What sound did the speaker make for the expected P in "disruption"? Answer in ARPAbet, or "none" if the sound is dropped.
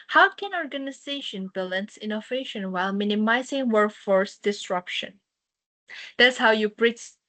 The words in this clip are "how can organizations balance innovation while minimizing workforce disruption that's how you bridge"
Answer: P